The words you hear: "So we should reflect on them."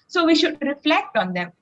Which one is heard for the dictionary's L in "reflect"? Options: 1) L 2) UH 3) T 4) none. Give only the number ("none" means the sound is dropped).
1